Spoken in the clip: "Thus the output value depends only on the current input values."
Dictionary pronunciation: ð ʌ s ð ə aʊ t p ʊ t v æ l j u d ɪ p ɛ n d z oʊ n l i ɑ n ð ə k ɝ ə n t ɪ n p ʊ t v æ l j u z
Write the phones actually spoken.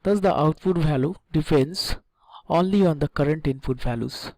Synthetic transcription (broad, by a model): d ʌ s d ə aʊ t f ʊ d v æ l j u d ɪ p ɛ n d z oʊ n l i ɑ n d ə k ɝ ə n t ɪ n f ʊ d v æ l j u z